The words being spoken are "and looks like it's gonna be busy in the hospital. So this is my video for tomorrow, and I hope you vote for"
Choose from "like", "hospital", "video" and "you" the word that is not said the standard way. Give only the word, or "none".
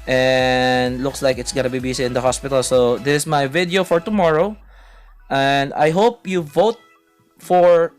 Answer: none